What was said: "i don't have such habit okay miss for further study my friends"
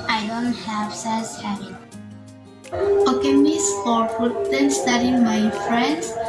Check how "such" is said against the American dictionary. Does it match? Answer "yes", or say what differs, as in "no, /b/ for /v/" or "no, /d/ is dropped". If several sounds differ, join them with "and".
no, /s/ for /tʃ/